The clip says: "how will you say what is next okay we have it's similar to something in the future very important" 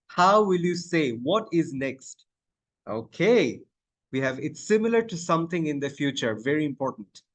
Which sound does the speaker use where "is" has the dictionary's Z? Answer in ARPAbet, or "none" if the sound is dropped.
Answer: Z